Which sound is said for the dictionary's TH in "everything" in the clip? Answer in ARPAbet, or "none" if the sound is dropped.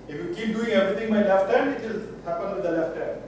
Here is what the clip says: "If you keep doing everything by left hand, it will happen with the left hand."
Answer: T